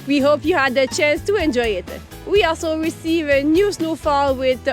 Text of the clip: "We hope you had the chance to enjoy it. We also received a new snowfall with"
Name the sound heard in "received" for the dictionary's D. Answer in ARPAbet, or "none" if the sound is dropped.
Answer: none